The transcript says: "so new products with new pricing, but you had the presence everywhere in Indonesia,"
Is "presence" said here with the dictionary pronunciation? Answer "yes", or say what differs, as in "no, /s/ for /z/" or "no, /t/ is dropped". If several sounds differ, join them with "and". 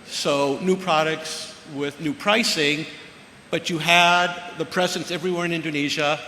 yes